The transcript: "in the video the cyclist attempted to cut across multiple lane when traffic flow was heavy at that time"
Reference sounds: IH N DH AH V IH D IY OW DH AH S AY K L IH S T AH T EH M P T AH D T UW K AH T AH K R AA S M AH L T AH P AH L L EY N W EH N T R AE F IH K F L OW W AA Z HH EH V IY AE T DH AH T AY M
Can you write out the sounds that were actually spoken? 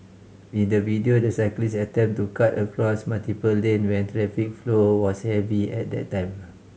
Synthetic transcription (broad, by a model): IH N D AH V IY D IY OW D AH S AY K L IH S AH T EH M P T T UW K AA T AH K R AA S M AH L T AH P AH L L EY N W EH N T R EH F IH K F L OW W AA S HH EH V IY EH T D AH T AY M